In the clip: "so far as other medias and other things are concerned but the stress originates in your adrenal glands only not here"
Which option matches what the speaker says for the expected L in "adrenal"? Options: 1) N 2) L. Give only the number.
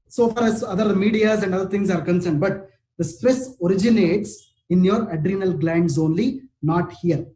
2